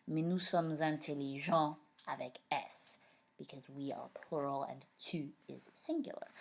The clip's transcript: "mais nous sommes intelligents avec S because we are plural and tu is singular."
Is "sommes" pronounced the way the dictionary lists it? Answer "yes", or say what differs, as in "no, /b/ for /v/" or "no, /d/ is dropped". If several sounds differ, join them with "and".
yes